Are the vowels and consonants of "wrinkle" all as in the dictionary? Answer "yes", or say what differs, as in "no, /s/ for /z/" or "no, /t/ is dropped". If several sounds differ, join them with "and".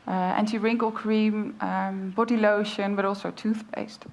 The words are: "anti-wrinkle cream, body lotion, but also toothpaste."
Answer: yes